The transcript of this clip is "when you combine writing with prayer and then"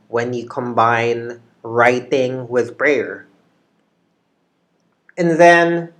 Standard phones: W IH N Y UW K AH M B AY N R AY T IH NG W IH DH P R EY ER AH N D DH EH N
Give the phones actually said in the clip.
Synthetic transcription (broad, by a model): W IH N Y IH K AH M B AY N R AY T IH NG W IH DH B R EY ER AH N DH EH N